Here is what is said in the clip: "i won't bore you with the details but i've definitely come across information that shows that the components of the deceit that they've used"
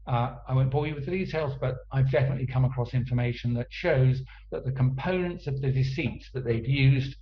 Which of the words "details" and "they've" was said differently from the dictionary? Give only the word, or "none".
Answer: none